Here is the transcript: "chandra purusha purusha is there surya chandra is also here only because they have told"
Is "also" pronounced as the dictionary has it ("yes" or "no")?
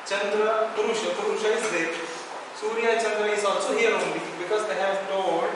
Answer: no